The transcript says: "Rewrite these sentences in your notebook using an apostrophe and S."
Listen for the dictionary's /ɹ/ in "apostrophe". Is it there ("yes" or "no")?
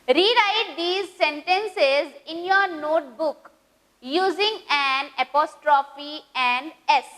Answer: yes